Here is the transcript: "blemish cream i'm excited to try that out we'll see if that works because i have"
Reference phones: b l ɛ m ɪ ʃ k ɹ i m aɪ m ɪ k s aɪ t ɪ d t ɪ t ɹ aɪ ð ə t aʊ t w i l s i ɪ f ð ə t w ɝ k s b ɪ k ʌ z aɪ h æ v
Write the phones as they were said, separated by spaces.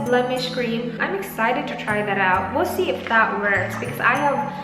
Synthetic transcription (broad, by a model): b l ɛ m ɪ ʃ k ɹ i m aɪ m ɪ k s aɪ t ɪ d t ɪ t ɹ aɪ ð ə t aʊ t w i l s i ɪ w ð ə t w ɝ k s b ɪ k ʌ z aɪ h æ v